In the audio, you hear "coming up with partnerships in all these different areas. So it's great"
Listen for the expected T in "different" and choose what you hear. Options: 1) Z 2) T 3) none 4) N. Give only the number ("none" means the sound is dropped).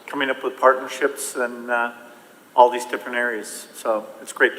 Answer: 3